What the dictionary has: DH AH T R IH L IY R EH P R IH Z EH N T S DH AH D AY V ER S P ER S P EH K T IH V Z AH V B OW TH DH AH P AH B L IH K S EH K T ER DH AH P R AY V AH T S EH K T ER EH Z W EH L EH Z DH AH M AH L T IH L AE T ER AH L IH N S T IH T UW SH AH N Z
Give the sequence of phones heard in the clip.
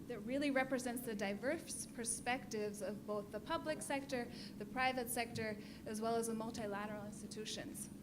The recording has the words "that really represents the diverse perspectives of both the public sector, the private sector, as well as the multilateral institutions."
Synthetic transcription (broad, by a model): DH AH T R IH L IY R EH P R IH Z EH N T S DH AH D AY V ER S P ER S P EH K T IH V Z AH V B OW TH DH AH P AH B L IH K S EH K T ER DH AH P R AY V AH T S EH K T ER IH Z W EH L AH Z DH AH M AH L T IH L AE T ER L IH N S T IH T UW SH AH N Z